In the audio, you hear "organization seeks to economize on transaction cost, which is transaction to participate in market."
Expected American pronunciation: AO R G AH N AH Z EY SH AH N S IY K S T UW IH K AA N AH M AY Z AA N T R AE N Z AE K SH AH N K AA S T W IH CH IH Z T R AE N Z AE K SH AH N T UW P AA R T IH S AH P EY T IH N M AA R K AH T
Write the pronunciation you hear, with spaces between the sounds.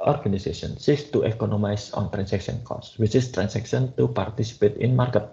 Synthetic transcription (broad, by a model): AO R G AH N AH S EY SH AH N S IY K S T UW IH K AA N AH M AY S AA N T R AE N S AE K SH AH N K AA S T W IH CH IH S T R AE N S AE K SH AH N T UW P AA R T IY S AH P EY T IH N M AA R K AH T